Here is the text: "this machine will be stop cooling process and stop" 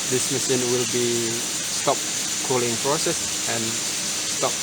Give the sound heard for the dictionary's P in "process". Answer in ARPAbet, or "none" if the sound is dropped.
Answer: F